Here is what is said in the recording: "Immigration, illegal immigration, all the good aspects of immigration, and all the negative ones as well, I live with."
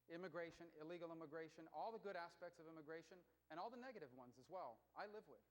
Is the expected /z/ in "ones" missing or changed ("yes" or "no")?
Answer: no